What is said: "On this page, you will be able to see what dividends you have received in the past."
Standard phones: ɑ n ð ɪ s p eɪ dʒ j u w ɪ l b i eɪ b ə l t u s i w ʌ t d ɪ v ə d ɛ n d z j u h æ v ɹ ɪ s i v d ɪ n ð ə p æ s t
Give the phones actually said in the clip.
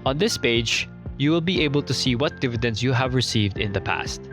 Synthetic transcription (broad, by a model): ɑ n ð ɪ s p eɪ dʒ j u w ɪ l b i eɪ b ə l t u s i w ʌ t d ɪ v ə d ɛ n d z j u h æ v ɹ ɪ s i v d ɪ n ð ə p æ s t